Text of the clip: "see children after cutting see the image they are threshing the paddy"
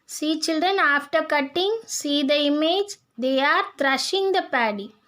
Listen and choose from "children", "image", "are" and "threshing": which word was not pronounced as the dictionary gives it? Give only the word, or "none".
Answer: threshing